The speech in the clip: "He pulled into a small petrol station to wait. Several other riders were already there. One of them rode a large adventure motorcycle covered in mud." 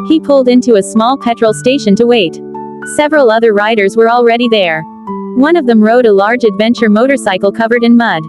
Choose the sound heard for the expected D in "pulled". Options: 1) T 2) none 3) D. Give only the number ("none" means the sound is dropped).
3